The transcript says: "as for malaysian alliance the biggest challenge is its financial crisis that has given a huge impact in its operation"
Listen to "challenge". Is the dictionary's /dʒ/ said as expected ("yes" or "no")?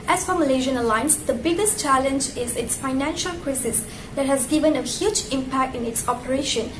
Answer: yes